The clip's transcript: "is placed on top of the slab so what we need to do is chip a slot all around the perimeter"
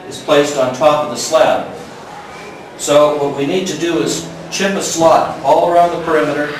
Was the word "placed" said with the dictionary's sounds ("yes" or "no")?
yes